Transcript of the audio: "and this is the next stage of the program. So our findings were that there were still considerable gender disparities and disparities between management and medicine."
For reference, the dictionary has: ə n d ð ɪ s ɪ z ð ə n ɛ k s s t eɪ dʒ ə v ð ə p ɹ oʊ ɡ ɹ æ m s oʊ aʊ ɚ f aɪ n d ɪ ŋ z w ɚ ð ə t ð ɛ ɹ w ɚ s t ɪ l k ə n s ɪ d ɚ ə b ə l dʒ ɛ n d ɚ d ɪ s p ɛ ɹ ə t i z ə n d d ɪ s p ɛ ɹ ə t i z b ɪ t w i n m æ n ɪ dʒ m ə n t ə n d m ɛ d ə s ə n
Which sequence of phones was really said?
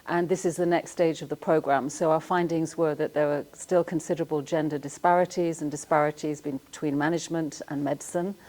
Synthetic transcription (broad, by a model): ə n ð ɪ s ɪ z ð ə n ɛ k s s t eɪ dʒ ə v ð ə p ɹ oʊ ɡ ɹ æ m s oʊ aʊ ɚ f aɪ n d ɪ ŋ z w ɚ ð ə t ð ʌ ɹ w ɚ s t ɪ l k ə n s ɪ d ɚ ə b ə l dʒ ɛ n d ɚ d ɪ s p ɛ ɹ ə t i z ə n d d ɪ s p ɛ ɹ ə t i z b ɪ t w i n m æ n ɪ dʒ m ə n t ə n m ɛ d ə s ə n